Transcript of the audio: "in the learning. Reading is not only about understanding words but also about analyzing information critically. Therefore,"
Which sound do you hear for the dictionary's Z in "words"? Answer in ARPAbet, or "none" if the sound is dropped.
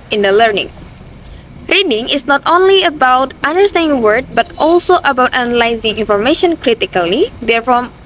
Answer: none